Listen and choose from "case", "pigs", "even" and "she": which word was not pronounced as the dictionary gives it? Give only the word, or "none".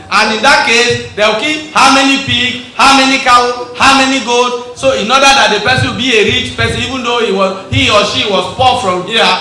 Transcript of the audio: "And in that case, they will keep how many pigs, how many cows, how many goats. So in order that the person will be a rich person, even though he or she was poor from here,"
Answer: pigs